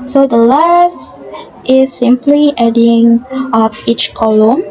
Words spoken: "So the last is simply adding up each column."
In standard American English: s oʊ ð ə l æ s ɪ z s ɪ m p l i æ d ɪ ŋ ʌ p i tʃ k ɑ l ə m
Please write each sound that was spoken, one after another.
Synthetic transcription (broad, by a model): s oʊ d ə l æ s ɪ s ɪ m p l i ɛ d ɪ ŋ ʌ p i tʃ k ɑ l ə m